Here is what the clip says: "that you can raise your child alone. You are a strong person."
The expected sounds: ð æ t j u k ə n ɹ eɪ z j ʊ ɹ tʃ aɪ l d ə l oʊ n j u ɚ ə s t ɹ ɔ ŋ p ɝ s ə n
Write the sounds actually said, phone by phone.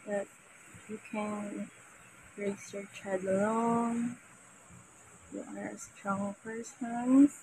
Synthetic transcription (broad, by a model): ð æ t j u k ə n ɹ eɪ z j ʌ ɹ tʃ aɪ d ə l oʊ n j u ɚ ə s t ɹ ɔ ŋ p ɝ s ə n